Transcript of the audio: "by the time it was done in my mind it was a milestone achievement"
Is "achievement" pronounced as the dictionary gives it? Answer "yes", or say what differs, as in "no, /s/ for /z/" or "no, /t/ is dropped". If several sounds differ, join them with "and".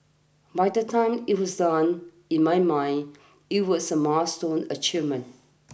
no, /v/ is dropped and /t/ is dropped